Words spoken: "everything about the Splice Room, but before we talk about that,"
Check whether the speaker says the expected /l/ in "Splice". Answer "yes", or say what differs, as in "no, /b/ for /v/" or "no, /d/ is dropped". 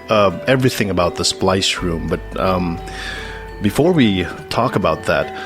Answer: yes